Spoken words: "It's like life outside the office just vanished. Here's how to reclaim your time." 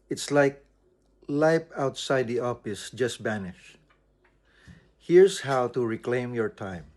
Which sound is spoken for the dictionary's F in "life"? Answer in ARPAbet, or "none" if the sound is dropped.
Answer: P